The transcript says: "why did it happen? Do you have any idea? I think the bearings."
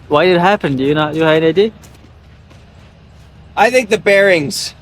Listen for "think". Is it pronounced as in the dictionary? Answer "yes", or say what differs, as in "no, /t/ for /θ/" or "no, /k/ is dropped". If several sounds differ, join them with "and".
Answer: yes